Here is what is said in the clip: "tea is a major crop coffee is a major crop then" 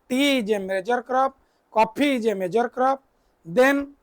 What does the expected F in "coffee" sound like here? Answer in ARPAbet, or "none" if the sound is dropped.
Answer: P